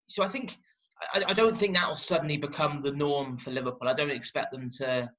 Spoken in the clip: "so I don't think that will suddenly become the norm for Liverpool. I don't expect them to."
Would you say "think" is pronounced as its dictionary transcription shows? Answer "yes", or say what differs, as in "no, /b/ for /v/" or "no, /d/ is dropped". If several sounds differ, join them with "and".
yes